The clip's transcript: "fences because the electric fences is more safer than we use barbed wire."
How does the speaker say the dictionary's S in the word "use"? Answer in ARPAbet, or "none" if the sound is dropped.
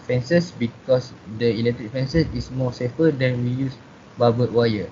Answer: S